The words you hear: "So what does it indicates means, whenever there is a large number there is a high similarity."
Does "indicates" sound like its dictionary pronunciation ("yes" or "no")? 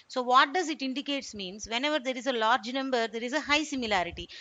yes